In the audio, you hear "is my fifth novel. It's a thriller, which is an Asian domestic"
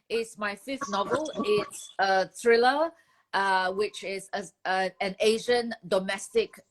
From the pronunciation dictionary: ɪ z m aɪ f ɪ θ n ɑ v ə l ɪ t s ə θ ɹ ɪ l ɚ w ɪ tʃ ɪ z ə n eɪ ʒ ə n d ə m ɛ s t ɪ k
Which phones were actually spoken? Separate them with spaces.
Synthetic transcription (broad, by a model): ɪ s m aɪ f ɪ f n ɑ v ə l ɪ t s ə t ɹ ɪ l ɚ w ɪ tʃ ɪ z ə n eɪ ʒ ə n d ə m ɛ s t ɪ k